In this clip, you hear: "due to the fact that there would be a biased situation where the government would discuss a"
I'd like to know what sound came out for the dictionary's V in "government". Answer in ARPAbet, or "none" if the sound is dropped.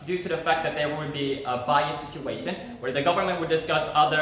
V